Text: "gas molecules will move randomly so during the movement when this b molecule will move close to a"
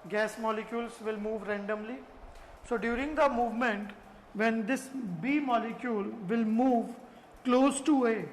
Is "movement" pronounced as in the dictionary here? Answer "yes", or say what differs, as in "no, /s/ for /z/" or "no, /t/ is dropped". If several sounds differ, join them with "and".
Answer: yes